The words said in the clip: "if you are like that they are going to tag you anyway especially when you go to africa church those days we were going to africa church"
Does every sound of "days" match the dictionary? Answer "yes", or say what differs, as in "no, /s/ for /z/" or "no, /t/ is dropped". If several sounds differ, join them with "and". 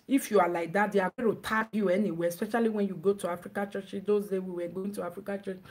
no, /z/ is dropped